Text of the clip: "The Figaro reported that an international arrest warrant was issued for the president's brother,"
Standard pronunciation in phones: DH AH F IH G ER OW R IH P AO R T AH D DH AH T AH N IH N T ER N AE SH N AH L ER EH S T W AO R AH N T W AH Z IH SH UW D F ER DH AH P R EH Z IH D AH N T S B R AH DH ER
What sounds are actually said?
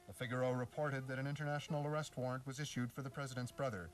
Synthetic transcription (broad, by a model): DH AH F IH G ER OW R IH P AO R T AH D DH AH T AH N IH N T ER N AE SH N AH L ER EH S T W AO R AH N T W AH Z IH SH UW D F ER DH AH P R EH Z IH D AH N T S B R AH DH ER